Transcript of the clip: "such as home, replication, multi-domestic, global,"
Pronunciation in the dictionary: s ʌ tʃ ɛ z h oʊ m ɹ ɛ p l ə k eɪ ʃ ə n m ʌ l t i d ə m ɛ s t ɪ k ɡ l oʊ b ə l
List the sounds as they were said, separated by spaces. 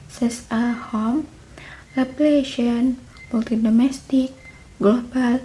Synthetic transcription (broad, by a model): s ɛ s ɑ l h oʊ m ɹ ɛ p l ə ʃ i ə n m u l t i d ə m ɛ s t ɪ k ɡ l oʊ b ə l